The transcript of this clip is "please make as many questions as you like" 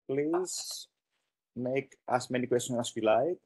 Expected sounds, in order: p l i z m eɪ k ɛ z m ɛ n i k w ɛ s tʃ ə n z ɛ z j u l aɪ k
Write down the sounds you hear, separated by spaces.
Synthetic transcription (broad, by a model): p l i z m eɪ k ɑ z m ɛ n i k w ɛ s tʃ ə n ɑ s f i l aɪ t